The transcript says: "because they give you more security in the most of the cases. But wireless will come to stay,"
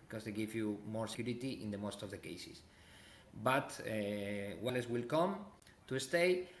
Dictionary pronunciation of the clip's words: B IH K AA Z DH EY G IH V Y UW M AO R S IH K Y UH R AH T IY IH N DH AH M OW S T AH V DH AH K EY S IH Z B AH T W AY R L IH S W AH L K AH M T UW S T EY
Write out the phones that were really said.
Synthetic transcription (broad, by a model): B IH K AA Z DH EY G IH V Y UW M AO R S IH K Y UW R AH T IY IH N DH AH M OW S T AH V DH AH K EY S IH S B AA T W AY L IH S W AH L K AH M T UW S T EY